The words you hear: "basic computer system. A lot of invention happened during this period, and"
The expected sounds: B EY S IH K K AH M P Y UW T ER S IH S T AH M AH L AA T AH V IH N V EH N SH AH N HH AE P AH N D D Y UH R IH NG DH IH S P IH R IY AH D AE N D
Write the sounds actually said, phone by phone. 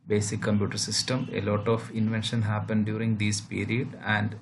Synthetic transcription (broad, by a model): B EY S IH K K AH M P Y UW T ER S IH S T AH M AH L AA T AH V IH N V EH N SH AH N HH AE P AH N D D Y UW R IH NG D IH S P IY R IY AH D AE N D